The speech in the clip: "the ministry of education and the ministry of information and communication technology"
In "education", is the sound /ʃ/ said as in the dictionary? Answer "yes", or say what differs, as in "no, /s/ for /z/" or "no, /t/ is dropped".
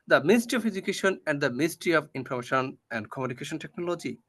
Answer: yes